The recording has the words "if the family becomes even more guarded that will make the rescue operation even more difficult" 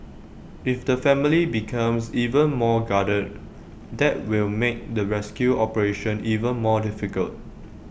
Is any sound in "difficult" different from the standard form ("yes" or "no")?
no